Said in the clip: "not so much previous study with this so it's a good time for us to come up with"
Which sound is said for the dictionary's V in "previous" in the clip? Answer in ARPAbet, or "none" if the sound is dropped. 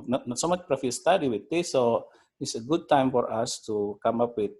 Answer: F